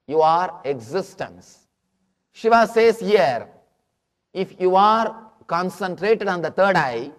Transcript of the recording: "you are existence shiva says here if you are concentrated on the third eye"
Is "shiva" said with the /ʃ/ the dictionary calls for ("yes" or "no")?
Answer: yes